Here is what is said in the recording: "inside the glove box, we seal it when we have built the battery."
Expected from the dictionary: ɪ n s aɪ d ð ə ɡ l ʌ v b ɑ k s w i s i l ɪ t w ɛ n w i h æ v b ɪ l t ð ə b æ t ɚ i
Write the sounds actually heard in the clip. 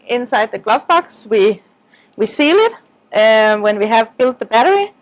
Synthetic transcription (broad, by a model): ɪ n s aɪ d ð ə ɡ l ʌ v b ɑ k s w i s i l ɪ t w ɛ n w i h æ v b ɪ l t ð ə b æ t ɚ i